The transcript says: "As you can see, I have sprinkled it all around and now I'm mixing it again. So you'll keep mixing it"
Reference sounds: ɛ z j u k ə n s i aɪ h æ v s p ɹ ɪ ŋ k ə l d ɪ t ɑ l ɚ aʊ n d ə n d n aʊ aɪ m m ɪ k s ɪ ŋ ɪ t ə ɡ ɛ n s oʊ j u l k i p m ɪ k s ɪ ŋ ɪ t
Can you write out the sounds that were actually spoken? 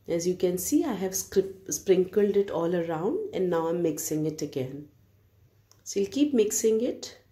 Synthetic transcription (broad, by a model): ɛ z j u k ə n s i aɪ h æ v s p ɹ ɪ ŋ k ə l d ɪ t ɑ l ɚ aʊ n d ə n d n aʊ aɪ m m ɪ k s ɪ ŋ ɪ t ə ɡ ɛ n s oʊ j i l k i p m ɪ k s ɪ ŋ ɪ t